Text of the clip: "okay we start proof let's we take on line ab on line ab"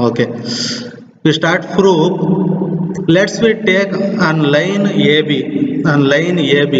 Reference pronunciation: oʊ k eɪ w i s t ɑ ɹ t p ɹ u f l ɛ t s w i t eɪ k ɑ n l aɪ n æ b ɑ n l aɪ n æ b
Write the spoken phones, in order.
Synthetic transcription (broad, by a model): oʊ k eɪ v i s t ɑ ɹ t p ɹ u p l ɛ t s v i t eɪ k ɑ n l aɪ n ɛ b ɑ n l aɪ n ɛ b